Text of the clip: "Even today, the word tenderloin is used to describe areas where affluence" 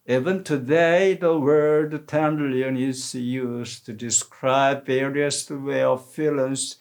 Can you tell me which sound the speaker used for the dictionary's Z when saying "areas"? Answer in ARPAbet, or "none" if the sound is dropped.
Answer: S